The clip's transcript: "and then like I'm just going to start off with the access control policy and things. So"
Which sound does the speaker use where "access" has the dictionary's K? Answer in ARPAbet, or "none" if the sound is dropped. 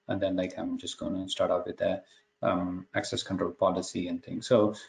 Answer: K